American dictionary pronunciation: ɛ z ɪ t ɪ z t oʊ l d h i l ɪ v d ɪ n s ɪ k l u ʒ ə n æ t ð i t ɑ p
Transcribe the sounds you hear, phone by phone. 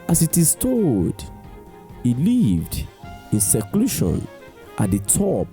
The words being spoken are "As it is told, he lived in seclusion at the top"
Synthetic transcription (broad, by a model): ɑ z ɪ t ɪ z t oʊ d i l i v d ɪ n s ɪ k l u ʃ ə n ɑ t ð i t ɑ p